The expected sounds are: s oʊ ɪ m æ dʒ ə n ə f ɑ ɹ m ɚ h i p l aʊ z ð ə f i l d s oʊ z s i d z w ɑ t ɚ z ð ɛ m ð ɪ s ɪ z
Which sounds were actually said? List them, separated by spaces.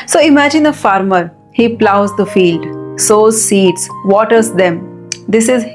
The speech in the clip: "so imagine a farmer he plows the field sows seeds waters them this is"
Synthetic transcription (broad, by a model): s oʊ ɪ m æ dʒ ə n ə f ɑ ɹ m ɚ h i p l aʊ z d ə f i l d s oʊ z s i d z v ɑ t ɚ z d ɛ m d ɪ s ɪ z